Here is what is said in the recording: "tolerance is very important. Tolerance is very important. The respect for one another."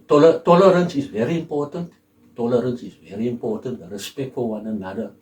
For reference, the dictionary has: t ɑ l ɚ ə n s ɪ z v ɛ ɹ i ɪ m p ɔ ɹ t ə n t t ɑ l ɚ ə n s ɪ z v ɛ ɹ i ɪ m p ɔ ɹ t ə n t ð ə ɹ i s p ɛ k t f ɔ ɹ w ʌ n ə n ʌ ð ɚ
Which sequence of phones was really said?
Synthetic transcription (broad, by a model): t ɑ l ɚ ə n s ɪ z v ɛ ɹ i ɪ m p ɔ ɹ t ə n t t ɑ l ɚ ə n s ɪ z v ɛ ɹ i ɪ m p ɔ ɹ t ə n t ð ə ɹ i s p ɛ k t f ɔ l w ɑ n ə n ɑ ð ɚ